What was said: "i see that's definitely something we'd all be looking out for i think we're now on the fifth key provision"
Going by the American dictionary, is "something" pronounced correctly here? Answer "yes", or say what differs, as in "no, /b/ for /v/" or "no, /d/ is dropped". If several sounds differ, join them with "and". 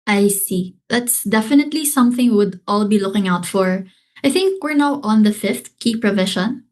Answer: yes